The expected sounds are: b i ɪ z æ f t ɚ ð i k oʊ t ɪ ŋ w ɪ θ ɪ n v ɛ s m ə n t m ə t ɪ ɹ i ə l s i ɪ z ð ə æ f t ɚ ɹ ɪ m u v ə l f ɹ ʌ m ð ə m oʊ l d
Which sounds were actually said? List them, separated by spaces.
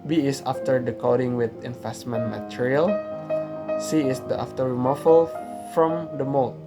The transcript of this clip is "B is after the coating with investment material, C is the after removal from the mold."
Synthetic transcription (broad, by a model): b i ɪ s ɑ f t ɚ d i k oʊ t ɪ ŋ w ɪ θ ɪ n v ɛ s m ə n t m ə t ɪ ɹ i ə l s i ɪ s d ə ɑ f t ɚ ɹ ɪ m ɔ f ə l f ɹ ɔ m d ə m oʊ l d